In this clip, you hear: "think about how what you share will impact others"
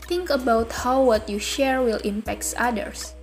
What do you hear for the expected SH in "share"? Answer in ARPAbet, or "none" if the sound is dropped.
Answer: SH